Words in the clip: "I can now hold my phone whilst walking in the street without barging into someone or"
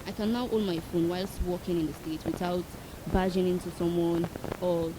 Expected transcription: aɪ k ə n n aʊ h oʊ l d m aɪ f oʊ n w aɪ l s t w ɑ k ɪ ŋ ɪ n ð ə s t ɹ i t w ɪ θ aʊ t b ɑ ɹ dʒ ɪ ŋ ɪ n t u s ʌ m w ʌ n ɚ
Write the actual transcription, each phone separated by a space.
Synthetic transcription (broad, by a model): aɪ k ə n n aʊ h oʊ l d m aɪ f oʊ n w aɪ l s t w ɑ k ɪ ŋ ɪ n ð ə s t ɛ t w ɪ θ aʊ t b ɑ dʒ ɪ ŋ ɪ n t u s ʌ m w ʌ n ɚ